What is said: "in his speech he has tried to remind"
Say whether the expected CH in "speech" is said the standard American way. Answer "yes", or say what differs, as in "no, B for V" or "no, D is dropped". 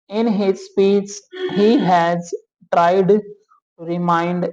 no, S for CH